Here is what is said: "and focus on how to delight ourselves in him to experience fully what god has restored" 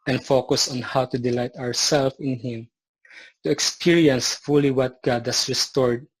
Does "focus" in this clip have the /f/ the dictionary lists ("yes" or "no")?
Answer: yes